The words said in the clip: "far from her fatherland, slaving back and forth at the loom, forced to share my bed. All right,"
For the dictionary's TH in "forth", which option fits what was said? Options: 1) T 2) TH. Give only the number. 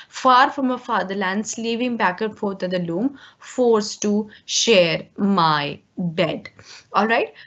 1